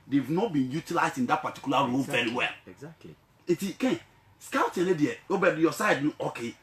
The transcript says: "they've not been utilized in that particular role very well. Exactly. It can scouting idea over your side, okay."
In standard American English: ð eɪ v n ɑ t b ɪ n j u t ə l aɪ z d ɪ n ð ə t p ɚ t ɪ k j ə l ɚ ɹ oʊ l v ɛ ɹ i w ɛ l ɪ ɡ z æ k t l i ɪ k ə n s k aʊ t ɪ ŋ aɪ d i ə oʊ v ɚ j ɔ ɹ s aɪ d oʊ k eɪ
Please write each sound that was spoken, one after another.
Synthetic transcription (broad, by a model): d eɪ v n ɑ t b ɪ n j u t ə l aɪ z d ɪ n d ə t p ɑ t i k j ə l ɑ ɹ oʊ l v ɛ ɹ i w ɛ l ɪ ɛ t i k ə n s k aʊ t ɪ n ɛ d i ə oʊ b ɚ j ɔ s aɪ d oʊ k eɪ